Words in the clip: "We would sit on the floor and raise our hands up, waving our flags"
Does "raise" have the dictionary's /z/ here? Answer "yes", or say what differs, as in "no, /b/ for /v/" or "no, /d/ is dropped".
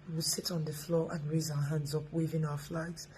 yes